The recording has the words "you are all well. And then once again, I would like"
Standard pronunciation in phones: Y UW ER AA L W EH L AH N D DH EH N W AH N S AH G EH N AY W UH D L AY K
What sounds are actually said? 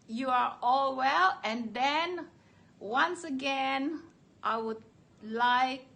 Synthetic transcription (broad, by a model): Y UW ER AA L W EH L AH N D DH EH N W AH N S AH G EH N AY W UH D L AY K